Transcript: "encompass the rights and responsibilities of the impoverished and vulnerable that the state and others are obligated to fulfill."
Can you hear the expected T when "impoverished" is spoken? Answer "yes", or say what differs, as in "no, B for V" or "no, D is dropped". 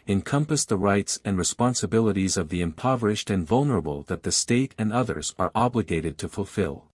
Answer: yes